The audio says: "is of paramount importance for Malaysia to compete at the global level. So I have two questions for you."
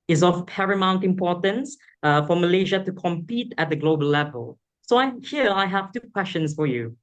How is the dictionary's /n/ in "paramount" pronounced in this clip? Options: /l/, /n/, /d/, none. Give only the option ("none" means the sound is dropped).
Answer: /n/